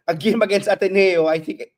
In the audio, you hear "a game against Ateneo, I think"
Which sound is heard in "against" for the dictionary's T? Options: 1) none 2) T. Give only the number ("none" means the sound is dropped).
1